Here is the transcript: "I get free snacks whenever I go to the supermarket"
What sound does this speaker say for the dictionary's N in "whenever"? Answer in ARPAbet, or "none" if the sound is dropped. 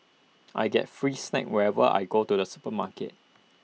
none